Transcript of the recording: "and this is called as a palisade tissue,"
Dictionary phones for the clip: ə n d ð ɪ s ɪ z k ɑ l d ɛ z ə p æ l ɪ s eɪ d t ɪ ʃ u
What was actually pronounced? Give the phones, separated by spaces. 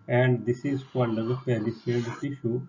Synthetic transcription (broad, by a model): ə n d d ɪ s ɪ z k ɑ n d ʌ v ə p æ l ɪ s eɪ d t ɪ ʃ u